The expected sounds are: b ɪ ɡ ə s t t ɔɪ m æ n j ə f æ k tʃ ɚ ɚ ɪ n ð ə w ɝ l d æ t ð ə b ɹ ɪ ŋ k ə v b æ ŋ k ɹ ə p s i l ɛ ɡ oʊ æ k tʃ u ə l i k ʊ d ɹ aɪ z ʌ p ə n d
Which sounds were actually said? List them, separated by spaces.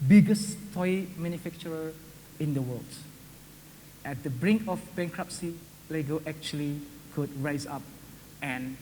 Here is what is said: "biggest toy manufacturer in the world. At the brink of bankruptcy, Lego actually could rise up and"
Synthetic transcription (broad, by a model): b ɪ ɡ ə s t t ɔɪ m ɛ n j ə f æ k tʃ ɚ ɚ ɪ n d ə w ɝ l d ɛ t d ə b ɹ ɪ ŋ k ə f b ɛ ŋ k ɹ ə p s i l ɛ ɡ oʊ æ k tʃ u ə l i k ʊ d ɹ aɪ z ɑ p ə n